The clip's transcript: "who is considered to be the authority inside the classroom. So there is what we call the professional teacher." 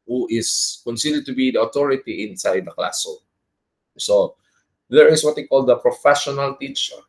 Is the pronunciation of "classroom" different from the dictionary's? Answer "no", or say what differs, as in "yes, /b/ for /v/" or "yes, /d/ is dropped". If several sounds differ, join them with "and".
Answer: yes, /ɹ/ is dropped